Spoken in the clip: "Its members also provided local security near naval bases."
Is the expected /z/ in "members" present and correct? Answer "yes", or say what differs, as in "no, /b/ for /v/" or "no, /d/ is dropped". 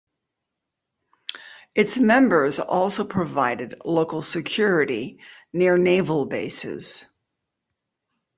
yes